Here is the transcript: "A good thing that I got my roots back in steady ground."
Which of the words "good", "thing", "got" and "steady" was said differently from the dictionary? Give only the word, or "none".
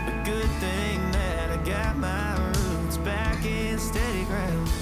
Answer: none